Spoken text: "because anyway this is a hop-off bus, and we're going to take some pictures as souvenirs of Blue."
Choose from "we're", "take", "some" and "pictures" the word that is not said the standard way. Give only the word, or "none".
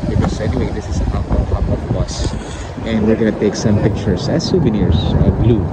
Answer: pictures